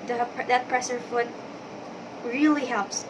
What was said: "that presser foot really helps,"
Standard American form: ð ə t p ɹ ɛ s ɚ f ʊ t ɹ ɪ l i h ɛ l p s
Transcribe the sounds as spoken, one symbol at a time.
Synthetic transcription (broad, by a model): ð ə t p ɹ ɛ s ɚ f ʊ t ɹ ɪ l i h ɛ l p s